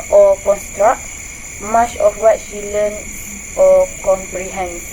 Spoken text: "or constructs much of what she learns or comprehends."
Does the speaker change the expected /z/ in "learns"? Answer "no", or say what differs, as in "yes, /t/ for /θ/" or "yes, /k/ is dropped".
yes, /z/ is dropped